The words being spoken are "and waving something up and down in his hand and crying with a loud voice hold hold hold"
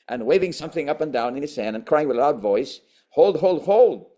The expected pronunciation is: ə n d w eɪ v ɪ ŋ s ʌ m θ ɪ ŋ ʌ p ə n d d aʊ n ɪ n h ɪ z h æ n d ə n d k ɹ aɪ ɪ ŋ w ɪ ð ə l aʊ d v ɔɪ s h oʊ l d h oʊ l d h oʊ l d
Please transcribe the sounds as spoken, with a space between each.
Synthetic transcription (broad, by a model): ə n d w eɪ v ɪ ŋ s ʌ m θ ɪ ŋ ʌ p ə n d d aʊ n ɪ n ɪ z h æ n d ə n k ɹ aɪ ɪ ŋ w ɪ ð ə l aʊ d v ɔɪ s h oʊ l d h oʊ l d h oʊ l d